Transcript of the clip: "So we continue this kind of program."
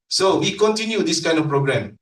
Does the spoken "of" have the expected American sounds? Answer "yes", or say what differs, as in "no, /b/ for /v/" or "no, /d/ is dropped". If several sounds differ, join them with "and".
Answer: no, /f/ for /v/